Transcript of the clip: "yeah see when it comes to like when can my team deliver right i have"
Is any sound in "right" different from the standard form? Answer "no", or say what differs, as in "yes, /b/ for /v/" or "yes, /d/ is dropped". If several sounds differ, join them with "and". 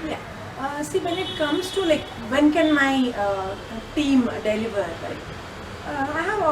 yes, /l/ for /ɹ/